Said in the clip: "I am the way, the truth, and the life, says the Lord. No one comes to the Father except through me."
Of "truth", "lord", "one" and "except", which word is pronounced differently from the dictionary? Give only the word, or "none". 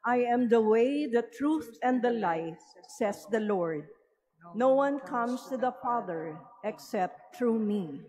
none